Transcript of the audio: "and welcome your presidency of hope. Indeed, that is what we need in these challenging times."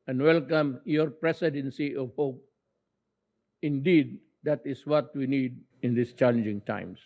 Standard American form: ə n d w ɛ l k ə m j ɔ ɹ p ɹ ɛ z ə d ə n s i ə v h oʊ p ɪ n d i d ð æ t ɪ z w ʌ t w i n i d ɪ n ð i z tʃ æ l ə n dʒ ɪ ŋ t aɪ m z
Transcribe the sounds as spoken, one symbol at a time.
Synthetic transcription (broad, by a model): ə n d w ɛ l k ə m j ɔ ɹ p ɹ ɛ s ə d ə n s i ə v h oʊ p ɪ n d i d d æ t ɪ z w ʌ t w i n i d ɪ n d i s tʃ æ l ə n dʒ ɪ ŋ t aɪ m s